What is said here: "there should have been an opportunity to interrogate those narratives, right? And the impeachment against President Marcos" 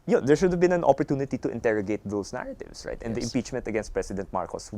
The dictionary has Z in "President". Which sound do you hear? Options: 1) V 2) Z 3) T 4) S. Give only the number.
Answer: 4